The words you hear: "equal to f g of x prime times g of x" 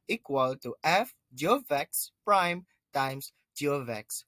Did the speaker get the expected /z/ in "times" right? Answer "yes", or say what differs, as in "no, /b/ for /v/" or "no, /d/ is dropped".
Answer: no, /s/ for /z/